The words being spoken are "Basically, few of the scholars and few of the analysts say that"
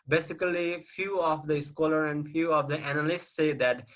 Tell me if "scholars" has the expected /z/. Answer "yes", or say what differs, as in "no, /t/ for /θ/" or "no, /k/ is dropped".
no, /z/ is dropped